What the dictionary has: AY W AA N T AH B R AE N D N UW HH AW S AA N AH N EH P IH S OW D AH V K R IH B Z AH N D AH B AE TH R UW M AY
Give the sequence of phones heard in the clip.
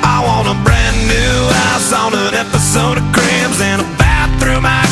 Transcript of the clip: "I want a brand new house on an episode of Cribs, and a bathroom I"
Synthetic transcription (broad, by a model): AY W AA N AH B R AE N N UW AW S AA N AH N EH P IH S OW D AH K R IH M Z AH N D AH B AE TH R UW M AY